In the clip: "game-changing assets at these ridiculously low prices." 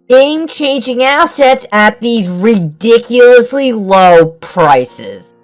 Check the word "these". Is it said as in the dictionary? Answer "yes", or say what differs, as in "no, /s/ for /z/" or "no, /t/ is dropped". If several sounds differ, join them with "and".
yes